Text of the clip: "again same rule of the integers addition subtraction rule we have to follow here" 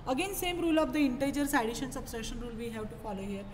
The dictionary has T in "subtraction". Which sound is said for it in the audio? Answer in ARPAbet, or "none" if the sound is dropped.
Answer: S